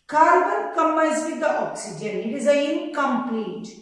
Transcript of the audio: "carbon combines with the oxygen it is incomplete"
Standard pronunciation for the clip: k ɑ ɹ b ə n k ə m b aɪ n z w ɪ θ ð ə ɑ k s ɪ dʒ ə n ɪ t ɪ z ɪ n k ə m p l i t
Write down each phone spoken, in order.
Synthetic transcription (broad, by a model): k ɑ ɹ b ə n k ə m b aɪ z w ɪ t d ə ɑ k s ɪ dʒ ə n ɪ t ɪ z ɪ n k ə m p l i t